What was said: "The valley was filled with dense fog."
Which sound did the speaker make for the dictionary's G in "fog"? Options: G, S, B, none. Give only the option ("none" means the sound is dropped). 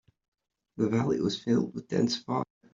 none